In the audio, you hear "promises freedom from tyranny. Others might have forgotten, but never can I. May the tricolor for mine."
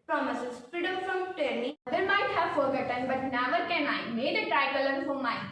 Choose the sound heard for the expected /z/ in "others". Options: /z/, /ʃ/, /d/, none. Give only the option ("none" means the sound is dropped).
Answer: none